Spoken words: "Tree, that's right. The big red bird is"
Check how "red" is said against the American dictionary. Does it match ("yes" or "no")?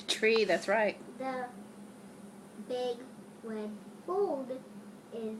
no